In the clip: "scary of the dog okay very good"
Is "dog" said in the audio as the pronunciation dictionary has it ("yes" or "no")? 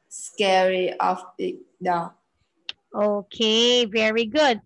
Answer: no